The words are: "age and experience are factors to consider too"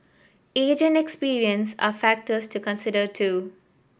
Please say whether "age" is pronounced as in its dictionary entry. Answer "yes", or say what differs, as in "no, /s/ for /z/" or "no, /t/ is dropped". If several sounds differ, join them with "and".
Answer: yes